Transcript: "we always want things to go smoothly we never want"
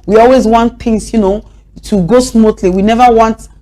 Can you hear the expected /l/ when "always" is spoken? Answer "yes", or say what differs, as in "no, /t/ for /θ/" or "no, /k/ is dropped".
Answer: yes